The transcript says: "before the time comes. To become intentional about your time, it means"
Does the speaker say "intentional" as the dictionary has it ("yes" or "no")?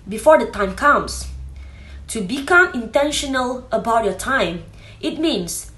yes